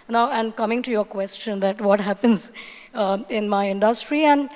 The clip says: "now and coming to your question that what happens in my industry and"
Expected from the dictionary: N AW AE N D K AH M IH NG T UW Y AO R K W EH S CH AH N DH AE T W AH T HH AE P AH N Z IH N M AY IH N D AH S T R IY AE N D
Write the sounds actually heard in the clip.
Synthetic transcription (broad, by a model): N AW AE N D K AH M IH NG T UW Y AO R K W EH S CH AH N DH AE T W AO T HH AE P AH N Z IH N M AY IH N D AH S T R IY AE N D